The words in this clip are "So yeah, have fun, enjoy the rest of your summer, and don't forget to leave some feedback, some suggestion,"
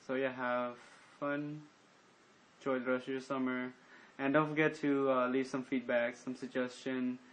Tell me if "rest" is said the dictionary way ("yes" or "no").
no